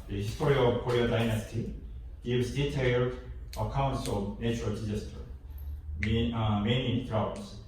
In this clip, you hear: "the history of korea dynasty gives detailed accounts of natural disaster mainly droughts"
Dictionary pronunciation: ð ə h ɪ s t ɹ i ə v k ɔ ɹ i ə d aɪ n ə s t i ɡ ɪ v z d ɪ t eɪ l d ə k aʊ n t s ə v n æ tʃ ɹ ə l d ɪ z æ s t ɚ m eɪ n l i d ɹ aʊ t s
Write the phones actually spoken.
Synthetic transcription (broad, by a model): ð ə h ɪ s t ɹ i ə v k ɔ ɹ i ə d aɪ n ə s t i ɡ ɪ v z d ɪ t eɪ l d ə k aʊ n t s ə v n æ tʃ ɹ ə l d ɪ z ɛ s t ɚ m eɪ n i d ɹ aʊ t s